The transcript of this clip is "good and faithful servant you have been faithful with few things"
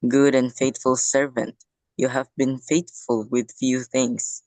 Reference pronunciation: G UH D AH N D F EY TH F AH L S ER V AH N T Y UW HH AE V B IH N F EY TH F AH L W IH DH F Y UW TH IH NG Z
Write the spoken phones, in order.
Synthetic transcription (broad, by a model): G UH D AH N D F EY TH F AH L S ER V AH N T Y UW HH AE V B IH N F EY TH F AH L W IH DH F Y UW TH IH NG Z